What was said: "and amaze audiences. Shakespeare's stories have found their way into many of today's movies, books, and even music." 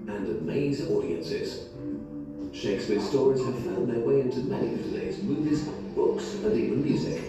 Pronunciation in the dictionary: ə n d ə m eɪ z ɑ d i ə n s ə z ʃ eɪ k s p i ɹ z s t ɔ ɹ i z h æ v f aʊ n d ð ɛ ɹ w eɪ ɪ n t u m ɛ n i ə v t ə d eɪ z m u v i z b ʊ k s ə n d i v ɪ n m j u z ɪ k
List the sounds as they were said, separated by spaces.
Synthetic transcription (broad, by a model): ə n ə m eɪ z ɑ d i ə n s ə z ʃ eɪ k s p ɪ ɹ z s t ɔ ɹ i z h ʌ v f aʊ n ð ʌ ɹ w eɪ ɪ n t u m ɛ n i ə v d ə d eɪ z m u v i z b ʊ k s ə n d i v ɪ n m j u z ɪ k